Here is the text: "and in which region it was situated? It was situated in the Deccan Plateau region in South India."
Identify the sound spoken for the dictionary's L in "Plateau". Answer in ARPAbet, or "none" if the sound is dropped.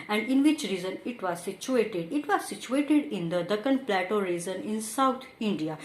L